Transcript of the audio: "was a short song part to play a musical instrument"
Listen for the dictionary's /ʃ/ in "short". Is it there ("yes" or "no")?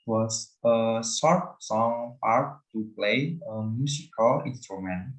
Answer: no